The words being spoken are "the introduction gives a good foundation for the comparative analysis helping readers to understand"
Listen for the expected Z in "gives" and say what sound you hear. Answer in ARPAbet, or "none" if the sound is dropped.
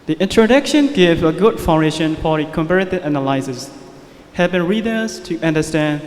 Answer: none